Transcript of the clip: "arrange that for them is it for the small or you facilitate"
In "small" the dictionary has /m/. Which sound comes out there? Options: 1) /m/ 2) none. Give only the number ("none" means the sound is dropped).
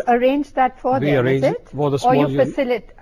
2